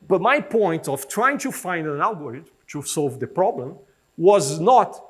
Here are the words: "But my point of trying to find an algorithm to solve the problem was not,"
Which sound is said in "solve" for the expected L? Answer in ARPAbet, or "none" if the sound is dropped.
L